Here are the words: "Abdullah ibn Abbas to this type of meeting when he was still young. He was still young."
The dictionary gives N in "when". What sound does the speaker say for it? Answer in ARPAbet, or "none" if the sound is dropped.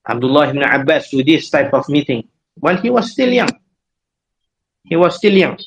L